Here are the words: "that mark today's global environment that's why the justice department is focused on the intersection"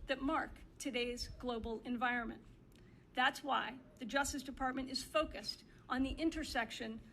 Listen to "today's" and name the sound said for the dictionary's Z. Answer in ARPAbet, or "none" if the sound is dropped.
Z